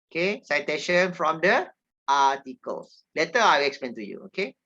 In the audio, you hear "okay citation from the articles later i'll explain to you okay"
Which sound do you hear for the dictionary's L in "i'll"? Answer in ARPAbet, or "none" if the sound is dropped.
W